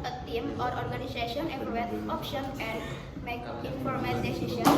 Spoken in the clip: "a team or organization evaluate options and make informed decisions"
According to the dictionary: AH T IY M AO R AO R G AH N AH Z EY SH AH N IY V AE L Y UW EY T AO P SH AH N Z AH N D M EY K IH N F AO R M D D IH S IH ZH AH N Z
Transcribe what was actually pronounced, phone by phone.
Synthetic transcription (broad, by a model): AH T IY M AO R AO R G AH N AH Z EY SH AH N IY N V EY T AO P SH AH N AH N D M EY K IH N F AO R M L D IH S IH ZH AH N